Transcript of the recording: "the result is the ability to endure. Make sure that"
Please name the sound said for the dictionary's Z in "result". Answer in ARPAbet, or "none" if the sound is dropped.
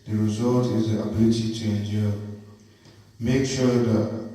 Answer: Z